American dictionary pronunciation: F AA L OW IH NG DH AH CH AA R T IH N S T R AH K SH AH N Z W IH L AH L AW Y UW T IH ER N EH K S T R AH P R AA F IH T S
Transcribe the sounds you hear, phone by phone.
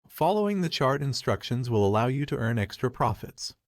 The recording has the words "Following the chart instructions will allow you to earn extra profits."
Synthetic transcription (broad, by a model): F AA L OW IH NG DH AH CH AA R T IH N S T R AH K SH AH N Z W IH L AH L AW Y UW T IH ER N EH K S T R AH P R AA F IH T S